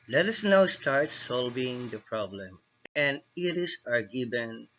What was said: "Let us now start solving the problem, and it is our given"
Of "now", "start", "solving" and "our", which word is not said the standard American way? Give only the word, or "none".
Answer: none